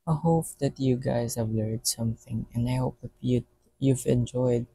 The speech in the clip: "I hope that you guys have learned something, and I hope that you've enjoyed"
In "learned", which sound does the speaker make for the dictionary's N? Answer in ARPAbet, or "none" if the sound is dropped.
none